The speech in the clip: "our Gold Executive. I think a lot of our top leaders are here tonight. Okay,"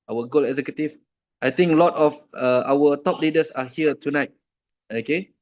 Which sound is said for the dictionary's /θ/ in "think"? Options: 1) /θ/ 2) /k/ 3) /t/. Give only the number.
3